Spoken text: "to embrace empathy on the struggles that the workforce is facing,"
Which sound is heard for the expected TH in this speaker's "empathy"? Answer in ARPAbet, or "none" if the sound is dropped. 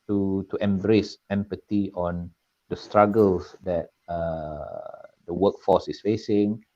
T